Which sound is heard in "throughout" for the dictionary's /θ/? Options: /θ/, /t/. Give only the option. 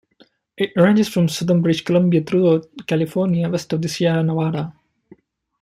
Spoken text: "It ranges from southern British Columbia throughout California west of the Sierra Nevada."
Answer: /t/